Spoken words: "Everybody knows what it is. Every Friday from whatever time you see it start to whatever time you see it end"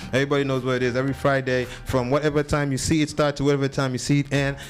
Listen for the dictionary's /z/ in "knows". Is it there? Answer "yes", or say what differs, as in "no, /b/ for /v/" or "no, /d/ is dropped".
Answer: yes